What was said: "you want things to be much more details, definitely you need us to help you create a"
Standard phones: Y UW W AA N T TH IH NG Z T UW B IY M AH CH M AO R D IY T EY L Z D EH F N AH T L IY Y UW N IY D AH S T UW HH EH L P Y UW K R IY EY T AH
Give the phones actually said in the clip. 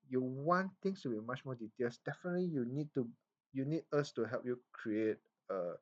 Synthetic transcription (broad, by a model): Y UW W AA N T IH NG S T UW B IY M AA CH M AO D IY T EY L S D EH F N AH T L IY Y UW N IY D AH S T UW HH EH L P Y UW K R IY EY T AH